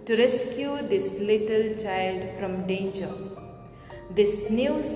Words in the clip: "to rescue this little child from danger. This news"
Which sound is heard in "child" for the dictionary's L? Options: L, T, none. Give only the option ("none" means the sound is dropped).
L